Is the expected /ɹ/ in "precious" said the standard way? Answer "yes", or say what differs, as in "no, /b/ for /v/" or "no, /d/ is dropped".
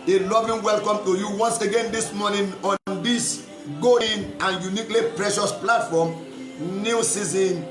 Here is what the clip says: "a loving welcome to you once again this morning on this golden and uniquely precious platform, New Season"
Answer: yes